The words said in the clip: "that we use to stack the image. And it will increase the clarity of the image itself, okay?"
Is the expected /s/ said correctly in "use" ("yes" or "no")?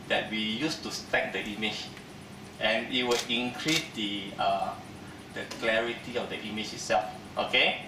yes